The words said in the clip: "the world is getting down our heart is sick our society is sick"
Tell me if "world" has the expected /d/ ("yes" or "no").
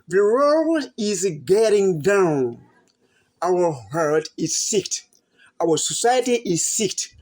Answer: no